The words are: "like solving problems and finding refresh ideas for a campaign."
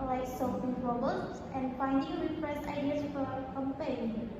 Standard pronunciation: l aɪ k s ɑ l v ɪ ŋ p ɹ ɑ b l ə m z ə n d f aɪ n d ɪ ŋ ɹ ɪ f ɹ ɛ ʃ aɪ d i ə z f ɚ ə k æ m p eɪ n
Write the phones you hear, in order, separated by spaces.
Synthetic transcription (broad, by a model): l aɪ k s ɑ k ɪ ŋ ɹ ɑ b ə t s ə n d f aɪ n d ɪ ŋ ɹ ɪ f ɹ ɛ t aɪ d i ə s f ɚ ə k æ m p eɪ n